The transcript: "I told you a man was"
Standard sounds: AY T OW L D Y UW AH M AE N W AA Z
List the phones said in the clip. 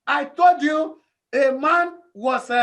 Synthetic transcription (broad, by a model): AY T OW L D Y UW AH M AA N W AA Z